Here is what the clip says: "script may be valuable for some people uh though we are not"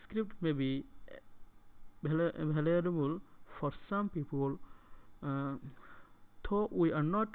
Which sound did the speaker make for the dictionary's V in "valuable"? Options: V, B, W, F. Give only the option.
B